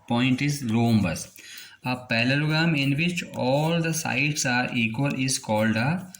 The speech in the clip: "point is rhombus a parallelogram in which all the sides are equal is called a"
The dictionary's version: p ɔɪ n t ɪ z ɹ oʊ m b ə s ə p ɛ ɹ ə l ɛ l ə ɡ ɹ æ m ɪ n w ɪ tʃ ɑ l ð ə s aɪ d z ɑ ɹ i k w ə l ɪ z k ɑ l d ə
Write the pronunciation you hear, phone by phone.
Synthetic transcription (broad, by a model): p ɔɪ n t ɪ z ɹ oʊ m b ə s ə p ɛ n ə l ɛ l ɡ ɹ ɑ m ɪ n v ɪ tʃ ɑ l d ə s aɪ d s ɑ ɹ i k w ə l ɪ z k ɑ l d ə